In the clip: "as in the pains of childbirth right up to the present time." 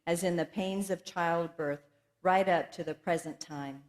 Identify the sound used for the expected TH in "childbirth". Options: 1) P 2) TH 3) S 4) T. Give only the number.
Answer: 2